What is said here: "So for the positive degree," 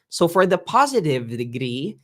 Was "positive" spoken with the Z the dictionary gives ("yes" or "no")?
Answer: yes